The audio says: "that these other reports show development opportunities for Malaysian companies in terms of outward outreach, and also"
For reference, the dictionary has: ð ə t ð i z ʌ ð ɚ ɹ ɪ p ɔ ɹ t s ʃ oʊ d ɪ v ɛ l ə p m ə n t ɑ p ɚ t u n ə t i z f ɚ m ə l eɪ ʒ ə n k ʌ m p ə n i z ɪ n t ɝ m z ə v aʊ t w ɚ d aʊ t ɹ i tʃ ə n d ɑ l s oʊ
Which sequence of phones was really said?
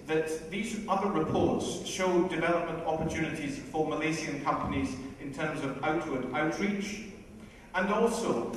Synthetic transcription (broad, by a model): ð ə t ð i z ʌ ð ɚ ɹ ɪ p ɔ ɹ t s ʃ oʊ d ɪ v ɛ l ə p m ə n t ɑ p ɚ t u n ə t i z f ɚ m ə l eɪ z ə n k ʌ m p ə n i z ɪ n t ɝ m z ə v aʊ t w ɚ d aʊ t ɹ i tʃ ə n ɑ l s oʊ